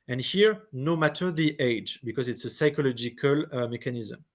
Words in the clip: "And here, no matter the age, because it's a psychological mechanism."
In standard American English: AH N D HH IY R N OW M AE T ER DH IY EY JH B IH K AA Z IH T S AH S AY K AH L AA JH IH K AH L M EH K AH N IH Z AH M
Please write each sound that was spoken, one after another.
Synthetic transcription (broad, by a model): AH N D HH IY R N OW M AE T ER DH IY EY JH B IH K AA Z IH T S AH S AY K AH L AA JH IH K AH L M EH K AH N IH Z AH M